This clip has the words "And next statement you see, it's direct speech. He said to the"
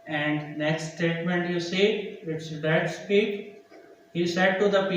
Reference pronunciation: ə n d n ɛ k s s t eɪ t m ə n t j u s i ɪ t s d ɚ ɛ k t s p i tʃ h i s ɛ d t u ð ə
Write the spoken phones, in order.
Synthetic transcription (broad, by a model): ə n d n ɛ k s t t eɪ t m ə n t j u s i ɪ t s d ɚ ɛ t s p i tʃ h i s ɛ d t u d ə